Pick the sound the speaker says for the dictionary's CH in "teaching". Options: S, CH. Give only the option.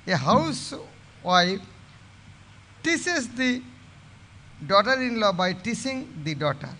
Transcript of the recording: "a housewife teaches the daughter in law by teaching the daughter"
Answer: S